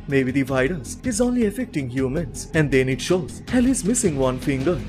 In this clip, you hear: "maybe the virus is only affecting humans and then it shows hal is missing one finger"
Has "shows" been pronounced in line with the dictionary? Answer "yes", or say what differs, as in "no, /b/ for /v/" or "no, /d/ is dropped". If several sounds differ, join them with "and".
yes